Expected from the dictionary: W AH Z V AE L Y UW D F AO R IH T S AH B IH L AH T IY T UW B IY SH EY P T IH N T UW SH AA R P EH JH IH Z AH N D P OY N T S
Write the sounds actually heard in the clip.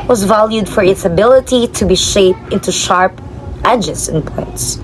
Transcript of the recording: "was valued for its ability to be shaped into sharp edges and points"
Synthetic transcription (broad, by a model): W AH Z V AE L Y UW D F AO R IH T S AH B IH L AH T IY T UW B IY SH EY P T IH N T UW SH AA R P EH JH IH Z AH N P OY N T S